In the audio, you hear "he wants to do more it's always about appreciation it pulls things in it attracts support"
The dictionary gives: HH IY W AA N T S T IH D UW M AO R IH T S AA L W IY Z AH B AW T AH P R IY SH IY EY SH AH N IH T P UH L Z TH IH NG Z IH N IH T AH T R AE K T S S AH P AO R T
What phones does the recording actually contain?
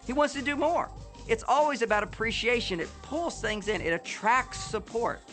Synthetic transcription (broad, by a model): HH IY W AA N T S T IH D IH M AO R IH T S AA L W IY Z AH B AW T AH P R IY SH IY EY SH AH N IH T P UH L Z TH IH NG Z IH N IH T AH T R AE K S S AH P AO R T